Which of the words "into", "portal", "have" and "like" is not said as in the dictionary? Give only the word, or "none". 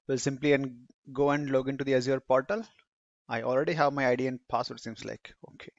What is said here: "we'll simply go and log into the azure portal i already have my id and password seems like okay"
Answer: none